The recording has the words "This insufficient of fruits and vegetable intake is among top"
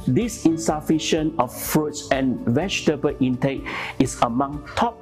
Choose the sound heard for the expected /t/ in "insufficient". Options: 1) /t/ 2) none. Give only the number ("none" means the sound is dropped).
2